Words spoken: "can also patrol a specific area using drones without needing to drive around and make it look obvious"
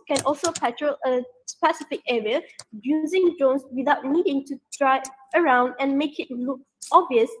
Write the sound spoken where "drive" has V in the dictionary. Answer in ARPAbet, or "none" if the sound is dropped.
none